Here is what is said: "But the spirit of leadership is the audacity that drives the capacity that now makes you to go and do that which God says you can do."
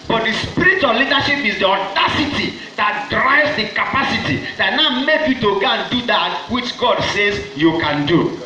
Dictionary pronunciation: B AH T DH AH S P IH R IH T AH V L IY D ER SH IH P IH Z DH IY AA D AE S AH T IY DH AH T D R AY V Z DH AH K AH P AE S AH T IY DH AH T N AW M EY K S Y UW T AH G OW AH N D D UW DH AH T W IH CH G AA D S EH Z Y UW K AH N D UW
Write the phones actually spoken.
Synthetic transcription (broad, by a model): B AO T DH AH S P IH R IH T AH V L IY D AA SH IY P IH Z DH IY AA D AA S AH T IY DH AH T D R AY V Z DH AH K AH P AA S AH T IY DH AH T N AW M EY K Y UW T AH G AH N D D UW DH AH T W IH CH G AA D S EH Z Y UW K AH N D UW